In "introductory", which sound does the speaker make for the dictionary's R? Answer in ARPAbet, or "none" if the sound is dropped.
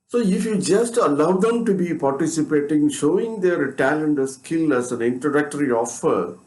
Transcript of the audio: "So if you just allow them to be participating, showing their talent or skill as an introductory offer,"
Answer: none